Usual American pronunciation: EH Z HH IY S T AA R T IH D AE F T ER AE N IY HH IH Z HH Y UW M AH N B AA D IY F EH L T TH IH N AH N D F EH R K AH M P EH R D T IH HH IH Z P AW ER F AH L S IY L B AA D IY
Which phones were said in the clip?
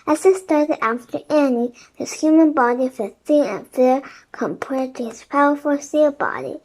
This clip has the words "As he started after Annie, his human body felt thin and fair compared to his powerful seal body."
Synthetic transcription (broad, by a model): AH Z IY S T AA R T IH D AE F T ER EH N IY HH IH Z HH Y UW M AH N B AA D IY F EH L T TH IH AH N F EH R K AH M P EH R D T IH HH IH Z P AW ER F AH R S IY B AA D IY